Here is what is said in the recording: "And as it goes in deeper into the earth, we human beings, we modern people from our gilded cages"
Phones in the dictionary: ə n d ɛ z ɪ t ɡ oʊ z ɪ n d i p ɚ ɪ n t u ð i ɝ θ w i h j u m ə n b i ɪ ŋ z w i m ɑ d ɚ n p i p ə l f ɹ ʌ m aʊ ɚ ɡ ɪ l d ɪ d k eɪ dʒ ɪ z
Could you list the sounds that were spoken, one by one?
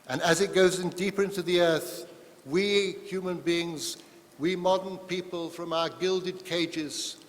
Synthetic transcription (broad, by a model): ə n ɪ z ɪ t ɡ oʊ z ɪ n d i p ɚ ɪ n t u ð i ɝ θ w i h j u m ə n b i ɪ ŋ z w i m ɑ d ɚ n p i p ə l f ɹ ʌ m aʊ ɚ ɡ ɪ l d ɪ d k eɪ dʒ ɪ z